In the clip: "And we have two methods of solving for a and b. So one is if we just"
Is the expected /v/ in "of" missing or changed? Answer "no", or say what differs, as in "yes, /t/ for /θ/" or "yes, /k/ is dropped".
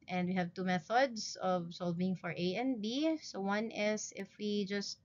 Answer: no